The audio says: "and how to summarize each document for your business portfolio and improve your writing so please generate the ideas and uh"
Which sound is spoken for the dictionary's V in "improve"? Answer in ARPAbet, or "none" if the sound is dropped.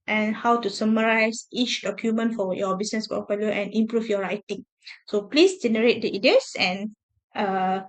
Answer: F